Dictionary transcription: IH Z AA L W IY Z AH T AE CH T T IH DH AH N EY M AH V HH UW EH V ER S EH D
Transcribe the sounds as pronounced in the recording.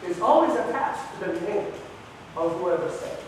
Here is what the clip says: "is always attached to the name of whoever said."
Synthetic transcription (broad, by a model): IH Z AA L W IY Z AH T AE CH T T IH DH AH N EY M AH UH HH UW EH V ER S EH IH